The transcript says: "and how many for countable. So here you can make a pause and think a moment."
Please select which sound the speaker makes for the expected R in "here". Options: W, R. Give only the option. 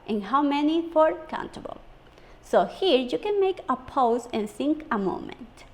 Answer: R